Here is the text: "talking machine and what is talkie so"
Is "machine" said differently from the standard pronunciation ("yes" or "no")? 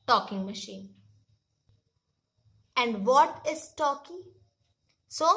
no